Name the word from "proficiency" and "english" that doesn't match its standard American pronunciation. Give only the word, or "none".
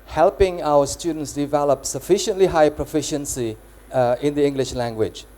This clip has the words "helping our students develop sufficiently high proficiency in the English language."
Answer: none